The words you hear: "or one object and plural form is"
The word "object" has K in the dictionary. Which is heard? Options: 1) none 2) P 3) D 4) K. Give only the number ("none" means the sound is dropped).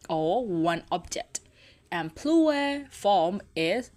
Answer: 4